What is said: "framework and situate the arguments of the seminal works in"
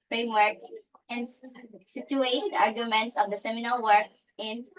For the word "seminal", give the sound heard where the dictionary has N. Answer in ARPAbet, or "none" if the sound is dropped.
N